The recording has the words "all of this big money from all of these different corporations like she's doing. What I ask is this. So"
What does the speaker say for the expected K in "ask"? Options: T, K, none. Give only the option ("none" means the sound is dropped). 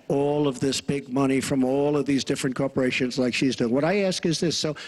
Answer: K